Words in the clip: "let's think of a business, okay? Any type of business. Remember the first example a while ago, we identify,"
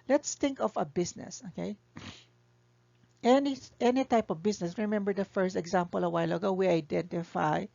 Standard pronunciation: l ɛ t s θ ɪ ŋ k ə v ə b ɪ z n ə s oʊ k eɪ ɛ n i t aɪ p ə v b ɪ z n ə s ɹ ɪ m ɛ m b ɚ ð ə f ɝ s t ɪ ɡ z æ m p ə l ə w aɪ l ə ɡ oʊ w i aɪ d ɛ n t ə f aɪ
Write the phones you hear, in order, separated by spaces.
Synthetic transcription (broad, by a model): l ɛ t s t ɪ ŋ k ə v ə b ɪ s n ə s oʊ k eɪ ɛ n i t aɪ p ə v b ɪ s n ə s ɹ ɪ m ɛ m b ɚ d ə f ɝ s t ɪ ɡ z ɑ m p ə l ə w aɪ l ə ɡ oʊ w i aɪ d ɛ n t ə f aɪ